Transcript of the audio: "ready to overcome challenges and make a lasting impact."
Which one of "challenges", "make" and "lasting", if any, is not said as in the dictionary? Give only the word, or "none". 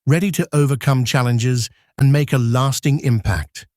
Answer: none